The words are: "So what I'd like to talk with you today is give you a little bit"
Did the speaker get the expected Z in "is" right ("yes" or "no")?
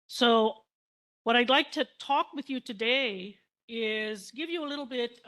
yes